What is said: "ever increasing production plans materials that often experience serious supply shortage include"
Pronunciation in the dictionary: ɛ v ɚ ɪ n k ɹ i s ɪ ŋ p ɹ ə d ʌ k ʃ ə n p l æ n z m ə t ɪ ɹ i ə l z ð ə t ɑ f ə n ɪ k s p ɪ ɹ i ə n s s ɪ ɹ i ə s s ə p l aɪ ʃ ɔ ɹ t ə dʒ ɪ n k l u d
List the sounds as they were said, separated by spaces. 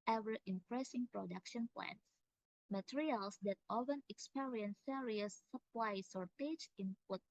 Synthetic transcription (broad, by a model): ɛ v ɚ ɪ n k ɹ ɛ s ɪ ŋ p ɹ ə d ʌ k ʃ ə n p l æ n s m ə t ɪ ɹ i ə l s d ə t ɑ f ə n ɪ k s p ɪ ɹ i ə n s s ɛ ɹ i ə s s ə p l aɪ s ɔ ɹ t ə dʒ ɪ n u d